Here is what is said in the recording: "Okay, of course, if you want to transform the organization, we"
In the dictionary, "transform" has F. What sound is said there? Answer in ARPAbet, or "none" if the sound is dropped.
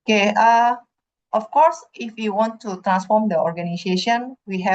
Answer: F